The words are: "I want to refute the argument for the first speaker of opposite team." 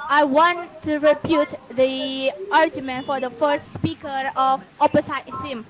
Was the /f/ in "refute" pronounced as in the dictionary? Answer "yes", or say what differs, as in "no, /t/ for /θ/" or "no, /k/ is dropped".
no, /p/ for /f/